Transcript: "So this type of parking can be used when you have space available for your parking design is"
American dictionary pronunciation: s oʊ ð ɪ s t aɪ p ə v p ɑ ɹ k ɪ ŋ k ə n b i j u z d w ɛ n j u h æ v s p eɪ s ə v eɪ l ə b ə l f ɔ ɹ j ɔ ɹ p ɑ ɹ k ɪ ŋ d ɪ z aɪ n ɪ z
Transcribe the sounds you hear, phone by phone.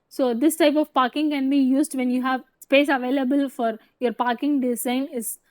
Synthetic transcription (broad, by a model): s oʊ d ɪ s t aɪ p ə v p ɑ ɹ k ɪ ŋ k ə n b i j u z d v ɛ n j u h æ v s p eɪ s ə v eɪ l ə b ə l f ɔ ɹ j ɔ ɹ p ɑ ɹ k ɪ ŋ d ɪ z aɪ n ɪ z